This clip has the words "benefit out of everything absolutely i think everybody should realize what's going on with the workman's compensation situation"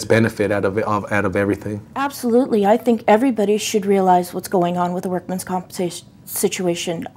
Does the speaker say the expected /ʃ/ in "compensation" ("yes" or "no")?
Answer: no